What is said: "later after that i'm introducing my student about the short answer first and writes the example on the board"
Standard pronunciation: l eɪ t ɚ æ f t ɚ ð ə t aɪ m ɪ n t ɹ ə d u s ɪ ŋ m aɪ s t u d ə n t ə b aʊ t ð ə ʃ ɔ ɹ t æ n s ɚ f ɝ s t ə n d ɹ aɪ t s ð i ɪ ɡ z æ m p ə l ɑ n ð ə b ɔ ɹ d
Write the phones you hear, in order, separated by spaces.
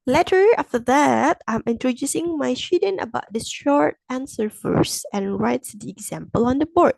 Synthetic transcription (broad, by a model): l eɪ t ɚ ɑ f t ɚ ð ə t aɪ m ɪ n t ɹ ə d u s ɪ ŋ m aɪ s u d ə n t ə b aʊ t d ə ʃ ɔ ɹ t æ n s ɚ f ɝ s ə n ɹ aɪ t s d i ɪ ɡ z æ m p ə l ɑ n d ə b ɔ ɹ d